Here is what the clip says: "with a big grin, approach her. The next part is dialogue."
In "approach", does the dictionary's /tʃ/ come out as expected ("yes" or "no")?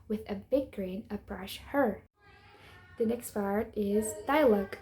no